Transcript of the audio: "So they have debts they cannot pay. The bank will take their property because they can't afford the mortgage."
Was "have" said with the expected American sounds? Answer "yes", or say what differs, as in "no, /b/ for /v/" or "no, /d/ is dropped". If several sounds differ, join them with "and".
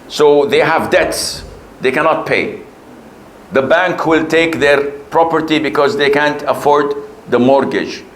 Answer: yes